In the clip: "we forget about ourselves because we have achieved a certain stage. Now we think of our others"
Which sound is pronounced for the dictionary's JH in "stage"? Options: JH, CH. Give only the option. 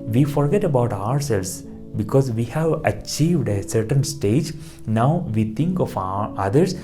JH